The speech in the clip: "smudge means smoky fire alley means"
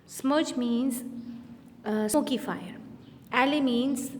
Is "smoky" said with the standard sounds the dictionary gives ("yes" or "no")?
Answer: no